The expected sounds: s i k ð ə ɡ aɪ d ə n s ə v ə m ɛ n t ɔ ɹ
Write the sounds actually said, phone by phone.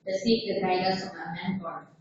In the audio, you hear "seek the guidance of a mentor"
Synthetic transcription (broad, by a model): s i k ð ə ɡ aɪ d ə s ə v ə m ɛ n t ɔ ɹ